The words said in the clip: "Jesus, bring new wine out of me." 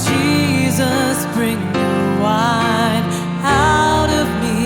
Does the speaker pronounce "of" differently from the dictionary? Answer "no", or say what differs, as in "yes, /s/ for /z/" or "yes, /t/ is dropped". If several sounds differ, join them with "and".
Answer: no